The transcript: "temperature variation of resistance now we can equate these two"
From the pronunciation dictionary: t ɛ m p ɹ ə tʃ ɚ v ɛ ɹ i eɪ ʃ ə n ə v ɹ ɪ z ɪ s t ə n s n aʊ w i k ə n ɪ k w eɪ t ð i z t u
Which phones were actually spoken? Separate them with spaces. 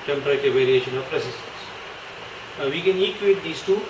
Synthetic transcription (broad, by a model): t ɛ m p ɹ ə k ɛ v ɛ ɹ i eɪ ʃ ə n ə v ɹ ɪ s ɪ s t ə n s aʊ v i k ə n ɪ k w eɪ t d i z t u